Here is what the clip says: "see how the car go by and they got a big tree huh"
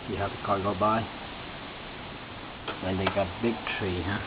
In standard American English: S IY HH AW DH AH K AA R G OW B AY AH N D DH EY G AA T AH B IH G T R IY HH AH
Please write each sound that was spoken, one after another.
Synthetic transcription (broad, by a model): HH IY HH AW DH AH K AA L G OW B AY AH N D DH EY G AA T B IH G T R IY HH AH